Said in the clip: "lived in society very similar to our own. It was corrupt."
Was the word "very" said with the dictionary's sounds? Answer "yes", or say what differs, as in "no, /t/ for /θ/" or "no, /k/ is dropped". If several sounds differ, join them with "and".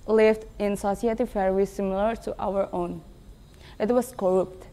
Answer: no, /f/ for /v/